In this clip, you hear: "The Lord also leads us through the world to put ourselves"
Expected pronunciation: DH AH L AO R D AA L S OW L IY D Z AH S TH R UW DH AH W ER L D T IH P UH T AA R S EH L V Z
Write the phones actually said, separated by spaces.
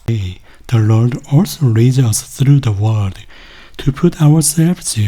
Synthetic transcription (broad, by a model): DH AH L AO R D AA L S OW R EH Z AH S TH R UW DH AH W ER D T IH P UH T AA R S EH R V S